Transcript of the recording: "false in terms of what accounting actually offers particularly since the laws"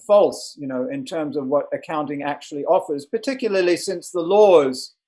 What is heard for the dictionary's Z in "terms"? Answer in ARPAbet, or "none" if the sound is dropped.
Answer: Z